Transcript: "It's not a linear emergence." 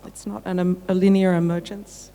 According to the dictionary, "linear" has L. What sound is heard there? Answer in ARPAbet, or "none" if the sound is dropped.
L